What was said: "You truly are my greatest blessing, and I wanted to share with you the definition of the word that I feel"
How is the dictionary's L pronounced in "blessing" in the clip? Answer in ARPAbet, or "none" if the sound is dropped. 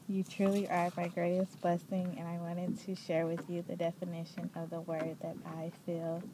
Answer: L